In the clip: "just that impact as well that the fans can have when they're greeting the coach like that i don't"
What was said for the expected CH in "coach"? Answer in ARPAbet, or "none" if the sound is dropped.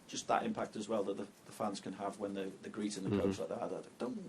S